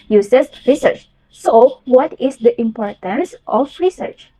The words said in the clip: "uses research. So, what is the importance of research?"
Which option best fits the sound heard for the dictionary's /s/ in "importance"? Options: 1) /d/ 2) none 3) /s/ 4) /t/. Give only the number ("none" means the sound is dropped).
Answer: 3